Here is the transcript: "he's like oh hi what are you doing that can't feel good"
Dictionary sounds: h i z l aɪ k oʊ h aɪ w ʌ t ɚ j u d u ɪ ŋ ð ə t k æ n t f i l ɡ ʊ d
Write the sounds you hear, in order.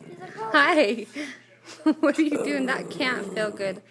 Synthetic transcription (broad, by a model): h aɪ ɪ w ʌ t ɚ j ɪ d u ɪ ŋ ð ə t k æ n t f i l ɡ ʊ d